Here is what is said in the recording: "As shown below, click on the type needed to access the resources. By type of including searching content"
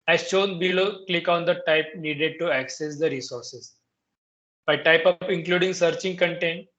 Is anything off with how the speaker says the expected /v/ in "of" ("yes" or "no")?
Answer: yes